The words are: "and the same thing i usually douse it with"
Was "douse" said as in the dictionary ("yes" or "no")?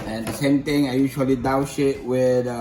no